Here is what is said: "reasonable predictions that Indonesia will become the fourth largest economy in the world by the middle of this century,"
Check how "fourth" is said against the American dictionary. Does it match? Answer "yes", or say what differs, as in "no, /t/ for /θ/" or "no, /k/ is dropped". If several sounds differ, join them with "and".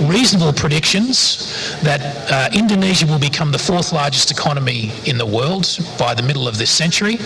yes